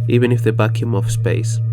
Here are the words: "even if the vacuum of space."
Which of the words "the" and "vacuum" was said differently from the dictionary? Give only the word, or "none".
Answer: vacuum